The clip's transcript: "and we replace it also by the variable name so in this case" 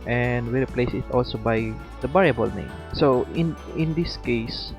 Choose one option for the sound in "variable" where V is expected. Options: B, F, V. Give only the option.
B